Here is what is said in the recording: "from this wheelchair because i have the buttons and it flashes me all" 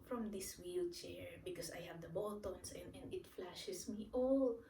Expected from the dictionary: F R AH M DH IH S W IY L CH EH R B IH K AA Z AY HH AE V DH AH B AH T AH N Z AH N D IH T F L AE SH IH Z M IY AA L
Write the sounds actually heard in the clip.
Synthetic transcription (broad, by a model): F R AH M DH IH S W IY L CH EH R B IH K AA S AY HH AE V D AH B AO T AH N S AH N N IH T F L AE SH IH S M IY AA L